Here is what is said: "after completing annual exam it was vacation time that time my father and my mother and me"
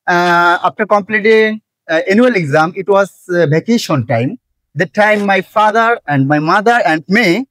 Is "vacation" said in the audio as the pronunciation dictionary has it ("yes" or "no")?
no